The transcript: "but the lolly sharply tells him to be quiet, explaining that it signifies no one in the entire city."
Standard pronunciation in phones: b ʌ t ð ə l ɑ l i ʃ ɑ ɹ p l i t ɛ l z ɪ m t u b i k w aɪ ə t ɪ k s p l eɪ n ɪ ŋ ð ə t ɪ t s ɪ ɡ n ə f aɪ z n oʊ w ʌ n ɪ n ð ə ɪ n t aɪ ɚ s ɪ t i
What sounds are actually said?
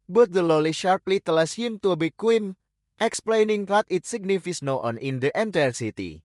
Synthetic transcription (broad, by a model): b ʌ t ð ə l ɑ l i ʃ ɑ ɹ p l i t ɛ l s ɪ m t u b i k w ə t ɪ k s p l eɪ n ɪ ŋ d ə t ɪ t s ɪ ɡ n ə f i s n oʊ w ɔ n ɪ n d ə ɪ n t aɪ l s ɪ t i